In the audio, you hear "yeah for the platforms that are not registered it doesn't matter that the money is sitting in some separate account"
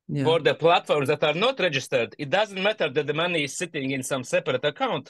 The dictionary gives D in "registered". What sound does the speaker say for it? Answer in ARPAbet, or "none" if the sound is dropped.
D